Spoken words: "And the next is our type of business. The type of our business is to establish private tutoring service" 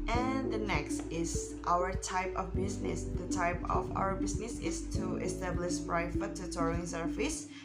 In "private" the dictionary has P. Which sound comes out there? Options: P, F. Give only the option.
F